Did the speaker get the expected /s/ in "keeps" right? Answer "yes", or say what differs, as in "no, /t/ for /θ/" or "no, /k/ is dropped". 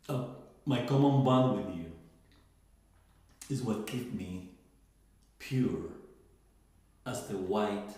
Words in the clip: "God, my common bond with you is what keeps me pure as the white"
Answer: no, /s/ is dropped